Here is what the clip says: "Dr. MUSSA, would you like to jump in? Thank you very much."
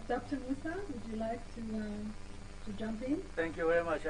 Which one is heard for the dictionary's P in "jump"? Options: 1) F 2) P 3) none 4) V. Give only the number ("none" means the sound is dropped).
2